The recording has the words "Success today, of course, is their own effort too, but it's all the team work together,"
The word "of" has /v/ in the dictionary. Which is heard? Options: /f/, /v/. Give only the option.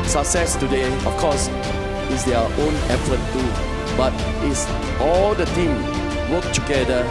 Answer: /f/